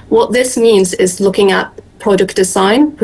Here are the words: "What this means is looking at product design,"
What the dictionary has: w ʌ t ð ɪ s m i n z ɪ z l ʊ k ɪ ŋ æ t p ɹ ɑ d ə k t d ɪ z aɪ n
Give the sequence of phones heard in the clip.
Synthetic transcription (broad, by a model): w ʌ t ð ɪ s m i n z ɪ z l ʊ k ɪ ŋ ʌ t p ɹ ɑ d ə k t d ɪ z aɪ n